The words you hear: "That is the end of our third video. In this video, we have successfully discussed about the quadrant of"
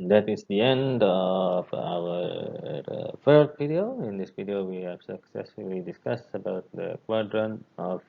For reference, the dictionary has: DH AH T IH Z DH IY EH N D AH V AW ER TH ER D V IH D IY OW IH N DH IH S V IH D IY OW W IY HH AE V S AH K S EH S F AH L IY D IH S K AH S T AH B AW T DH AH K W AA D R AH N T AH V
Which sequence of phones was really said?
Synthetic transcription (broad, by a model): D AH T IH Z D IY EH N D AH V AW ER F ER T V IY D IY OW IH N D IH S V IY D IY OW W IY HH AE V S AH K S EH S F AH L IY D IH S K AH S AH B AW T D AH K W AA D R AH N AH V